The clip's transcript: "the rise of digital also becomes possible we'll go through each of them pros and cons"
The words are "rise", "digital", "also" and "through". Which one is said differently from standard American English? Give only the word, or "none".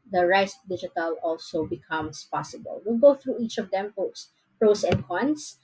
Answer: rise